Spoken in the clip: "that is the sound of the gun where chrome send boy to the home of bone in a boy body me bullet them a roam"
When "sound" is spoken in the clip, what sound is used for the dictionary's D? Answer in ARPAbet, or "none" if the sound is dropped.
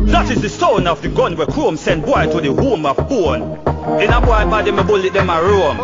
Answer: none